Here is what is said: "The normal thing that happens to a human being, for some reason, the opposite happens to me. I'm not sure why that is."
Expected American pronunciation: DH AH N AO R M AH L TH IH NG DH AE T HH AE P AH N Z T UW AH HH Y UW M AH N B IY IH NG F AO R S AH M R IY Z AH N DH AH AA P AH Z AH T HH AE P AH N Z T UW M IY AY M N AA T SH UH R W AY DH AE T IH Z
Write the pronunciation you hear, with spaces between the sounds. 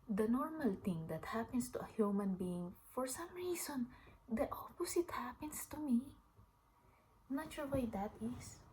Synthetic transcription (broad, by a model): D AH N AO R M AH L T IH NG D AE T HH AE P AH N S T UW AH HH Y UW M AH N B IY IH NG F AO R S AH M R IY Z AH N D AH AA P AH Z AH T HH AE P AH N S T UW M IY N AA T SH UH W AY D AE T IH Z